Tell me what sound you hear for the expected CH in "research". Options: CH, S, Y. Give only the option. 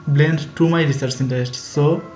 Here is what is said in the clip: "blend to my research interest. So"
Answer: S